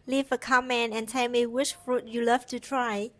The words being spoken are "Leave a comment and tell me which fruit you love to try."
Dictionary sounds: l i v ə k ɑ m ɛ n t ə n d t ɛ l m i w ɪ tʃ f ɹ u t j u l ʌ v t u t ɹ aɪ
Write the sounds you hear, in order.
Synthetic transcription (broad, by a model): l i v ə k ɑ m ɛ n ə n t ɛ l m i w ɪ ʃ f ɹ u t j u l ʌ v t u t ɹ aɪ